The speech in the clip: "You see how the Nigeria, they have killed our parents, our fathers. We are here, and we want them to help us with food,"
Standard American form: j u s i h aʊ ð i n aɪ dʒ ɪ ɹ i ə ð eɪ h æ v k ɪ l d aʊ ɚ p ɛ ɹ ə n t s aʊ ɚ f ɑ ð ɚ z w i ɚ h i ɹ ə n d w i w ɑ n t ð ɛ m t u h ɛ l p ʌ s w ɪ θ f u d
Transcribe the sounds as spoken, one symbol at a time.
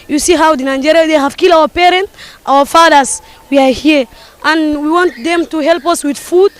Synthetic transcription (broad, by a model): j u s i h aʊ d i n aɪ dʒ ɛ ɹ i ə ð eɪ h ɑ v k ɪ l aʊ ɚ p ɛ ɹ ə n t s aʊ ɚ f ɑ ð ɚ s w i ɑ h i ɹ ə n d w i w ɑ n t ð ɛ m t u h ɛ l p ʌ s w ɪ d f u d